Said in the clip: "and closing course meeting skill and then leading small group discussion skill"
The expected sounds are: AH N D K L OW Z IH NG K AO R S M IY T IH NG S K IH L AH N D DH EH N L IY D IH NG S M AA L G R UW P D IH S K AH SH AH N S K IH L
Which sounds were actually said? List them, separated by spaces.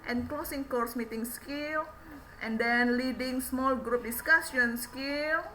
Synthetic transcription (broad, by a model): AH N K L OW S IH NG K AO R S M IY T IH NG S K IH L AH N D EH N L IY D IH NG S M AA L G R UW P D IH S K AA S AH N S K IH L